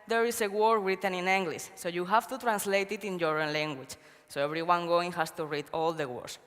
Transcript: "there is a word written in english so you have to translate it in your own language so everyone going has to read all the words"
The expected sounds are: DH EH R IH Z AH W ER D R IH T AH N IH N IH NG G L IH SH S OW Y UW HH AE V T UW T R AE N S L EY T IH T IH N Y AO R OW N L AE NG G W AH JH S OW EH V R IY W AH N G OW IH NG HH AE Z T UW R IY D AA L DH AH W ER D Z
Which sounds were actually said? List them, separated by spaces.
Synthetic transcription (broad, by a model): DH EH R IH S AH W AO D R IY T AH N IH N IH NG G L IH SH S OW Y UW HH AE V T UW T R AE N S L EY T IH T IH N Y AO R OW N L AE NG G W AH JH S OW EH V R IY W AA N G OW IH NG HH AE S T UW R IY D AA L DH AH W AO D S